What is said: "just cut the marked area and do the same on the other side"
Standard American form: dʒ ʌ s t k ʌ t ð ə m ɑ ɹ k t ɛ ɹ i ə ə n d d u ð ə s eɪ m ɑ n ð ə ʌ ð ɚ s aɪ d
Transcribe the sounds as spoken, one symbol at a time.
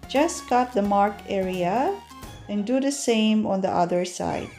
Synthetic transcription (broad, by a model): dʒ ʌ s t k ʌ t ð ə m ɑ ɹ k ɛ ɹ i ə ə n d d u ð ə s eɪ m ɑ n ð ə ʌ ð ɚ s aɪ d